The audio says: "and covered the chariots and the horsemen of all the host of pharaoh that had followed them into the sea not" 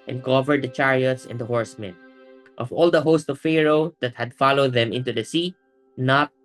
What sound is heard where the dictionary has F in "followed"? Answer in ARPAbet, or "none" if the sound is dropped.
F